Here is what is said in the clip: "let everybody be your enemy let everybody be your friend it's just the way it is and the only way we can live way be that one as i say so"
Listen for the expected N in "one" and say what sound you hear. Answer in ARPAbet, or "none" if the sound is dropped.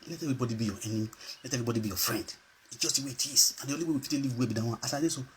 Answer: none